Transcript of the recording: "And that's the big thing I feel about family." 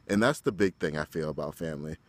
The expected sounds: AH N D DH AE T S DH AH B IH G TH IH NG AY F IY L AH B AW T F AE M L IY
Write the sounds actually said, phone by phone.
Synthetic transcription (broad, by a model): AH N DH AE T S DH AH B IH G TH IH NG AY F IY L AH B AW T F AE M L IY